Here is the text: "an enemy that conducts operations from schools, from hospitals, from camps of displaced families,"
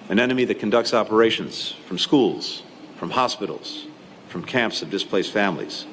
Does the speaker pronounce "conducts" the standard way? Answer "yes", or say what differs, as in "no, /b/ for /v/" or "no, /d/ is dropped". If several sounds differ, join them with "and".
yes